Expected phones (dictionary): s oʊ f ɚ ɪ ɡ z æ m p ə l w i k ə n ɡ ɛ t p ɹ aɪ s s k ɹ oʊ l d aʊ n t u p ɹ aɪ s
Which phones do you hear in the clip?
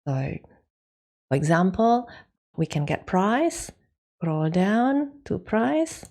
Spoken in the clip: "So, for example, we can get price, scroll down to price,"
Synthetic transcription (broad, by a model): s oʊ f ɚ ɪ ɡ z æ m p ə l w i k ə n ɡ ɛ t p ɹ aɪ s s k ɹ oʊ l d aʊ n t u p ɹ aɪ s